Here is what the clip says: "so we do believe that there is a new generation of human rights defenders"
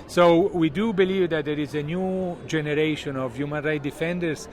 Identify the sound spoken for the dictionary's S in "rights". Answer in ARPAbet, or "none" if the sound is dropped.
none